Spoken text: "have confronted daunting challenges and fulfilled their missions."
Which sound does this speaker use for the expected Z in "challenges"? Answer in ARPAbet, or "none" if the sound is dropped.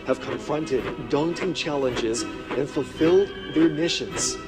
Z